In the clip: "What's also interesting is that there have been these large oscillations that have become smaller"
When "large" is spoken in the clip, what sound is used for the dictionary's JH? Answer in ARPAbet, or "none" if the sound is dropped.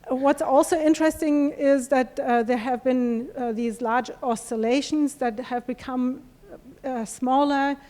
JH